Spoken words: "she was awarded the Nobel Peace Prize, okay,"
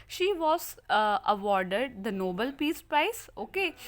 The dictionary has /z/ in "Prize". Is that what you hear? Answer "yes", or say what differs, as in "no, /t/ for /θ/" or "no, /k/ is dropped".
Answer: no, /s/ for /z/